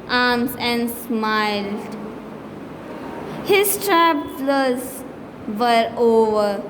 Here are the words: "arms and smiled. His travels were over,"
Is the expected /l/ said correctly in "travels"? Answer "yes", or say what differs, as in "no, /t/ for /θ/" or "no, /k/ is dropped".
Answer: no, /l/ is dropped